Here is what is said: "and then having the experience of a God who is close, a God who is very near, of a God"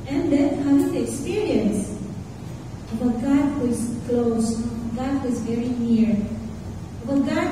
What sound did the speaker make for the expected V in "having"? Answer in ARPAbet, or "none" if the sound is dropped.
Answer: none